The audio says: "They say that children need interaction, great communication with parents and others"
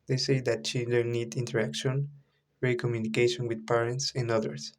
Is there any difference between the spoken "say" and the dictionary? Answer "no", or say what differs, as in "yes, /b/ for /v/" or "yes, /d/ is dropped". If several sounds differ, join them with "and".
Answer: no